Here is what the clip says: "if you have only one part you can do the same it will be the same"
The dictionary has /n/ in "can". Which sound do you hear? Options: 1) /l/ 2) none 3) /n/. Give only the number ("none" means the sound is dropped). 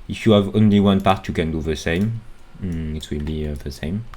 3